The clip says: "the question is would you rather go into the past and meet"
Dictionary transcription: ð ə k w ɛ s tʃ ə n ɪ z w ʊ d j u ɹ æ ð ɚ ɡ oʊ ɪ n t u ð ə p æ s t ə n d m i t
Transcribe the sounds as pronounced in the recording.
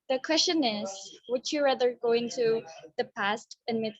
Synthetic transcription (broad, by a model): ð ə k w ɛ s tʃ ə n ɪ z w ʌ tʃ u ɹ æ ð ɚ ɡ oʊ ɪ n t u ð ə p æ s t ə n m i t